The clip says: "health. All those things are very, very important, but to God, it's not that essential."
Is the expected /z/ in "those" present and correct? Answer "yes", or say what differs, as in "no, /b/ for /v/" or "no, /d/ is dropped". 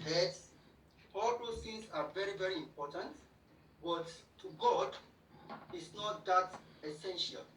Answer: no, /z/ is dropped